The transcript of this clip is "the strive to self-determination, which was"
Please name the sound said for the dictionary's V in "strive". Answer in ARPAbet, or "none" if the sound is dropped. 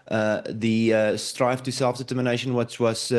F